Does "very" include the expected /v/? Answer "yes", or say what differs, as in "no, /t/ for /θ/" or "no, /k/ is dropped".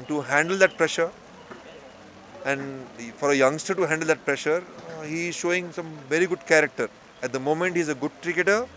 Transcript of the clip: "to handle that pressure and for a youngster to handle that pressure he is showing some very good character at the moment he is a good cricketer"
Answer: yes